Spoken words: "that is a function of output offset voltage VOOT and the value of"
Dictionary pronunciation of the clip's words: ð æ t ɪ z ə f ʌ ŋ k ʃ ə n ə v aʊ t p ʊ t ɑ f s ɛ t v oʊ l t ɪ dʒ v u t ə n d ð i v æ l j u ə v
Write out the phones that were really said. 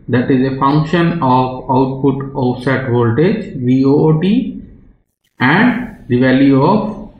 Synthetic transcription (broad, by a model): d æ t ɪ z ə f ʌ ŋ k ʃ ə n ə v aʊ t p ʊ t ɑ s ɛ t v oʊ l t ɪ dʒ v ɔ t ə n d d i v æ l j u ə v